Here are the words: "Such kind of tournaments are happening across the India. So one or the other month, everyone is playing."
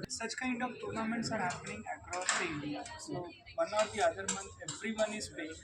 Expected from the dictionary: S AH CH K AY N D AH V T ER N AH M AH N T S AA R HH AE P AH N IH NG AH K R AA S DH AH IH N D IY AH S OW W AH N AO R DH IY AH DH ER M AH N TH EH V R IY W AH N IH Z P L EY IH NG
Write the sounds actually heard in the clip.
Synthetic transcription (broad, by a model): S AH CH K AY N D AH V T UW N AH M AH N T S AA R HH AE P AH N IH NG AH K R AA S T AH IH N D IY AH S OW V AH N AO R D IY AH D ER M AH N T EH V R IY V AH N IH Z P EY